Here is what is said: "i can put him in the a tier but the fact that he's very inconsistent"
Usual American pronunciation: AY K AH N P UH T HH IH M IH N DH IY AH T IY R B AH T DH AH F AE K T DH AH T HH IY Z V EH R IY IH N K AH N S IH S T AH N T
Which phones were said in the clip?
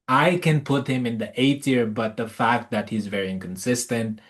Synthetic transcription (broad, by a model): AY K AH N P UH T HH IH M IH N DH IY AH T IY R B AH T DH AH F AE K T DH AH T HH IY Z V EH R IY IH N K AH N S IH S T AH N T